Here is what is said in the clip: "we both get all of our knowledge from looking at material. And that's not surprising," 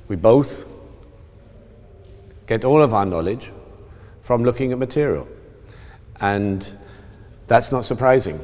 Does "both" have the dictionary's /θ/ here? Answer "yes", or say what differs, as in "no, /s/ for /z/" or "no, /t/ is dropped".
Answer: yes